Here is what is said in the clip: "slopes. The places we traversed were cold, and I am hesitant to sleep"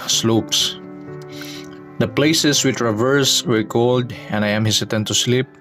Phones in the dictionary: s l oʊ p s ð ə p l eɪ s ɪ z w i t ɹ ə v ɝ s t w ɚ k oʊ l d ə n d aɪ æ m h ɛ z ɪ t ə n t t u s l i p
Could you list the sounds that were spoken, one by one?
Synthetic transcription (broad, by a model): s l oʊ p s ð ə p l eɪ s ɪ s w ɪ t ɹ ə v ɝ s w ɚ k oʊ l d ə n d aɪ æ m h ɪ s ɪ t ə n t t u s l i p